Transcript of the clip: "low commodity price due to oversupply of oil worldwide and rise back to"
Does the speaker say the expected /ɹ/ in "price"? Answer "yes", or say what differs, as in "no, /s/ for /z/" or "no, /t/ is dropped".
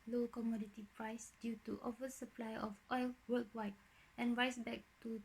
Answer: yes